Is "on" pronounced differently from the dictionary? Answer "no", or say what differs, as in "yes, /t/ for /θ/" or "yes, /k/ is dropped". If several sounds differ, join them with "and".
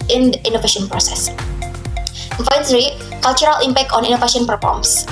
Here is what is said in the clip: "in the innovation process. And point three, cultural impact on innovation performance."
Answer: no